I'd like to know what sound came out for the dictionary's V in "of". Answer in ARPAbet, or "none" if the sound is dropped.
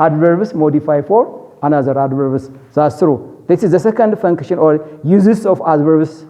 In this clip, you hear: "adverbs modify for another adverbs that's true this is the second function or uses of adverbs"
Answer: F